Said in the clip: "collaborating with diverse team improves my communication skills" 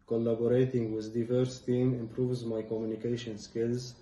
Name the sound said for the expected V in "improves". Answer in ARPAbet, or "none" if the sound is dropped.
V